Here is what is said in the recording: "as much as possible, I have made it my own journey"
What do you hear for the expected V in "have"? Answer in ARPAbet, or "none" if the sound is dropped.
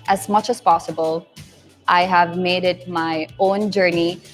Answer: V